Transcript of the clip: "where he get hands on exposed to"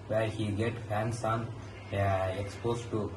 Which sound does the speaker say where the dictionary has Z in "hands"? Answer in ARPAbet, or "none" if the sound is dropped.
S